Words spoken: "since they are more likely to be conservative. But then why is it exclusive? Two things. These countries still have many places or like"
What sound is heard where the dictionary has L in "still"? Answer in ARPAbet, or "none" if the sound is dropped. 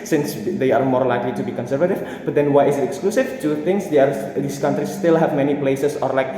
L